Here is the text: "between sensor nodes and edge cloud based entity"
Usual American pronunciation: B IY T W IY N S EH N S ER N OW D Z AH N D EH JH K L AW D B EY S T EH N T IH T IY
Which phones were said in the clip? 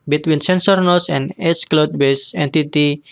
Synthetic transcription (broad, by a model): B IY T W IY N S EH N S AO N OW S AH N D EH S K L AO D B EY S EH N T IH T IY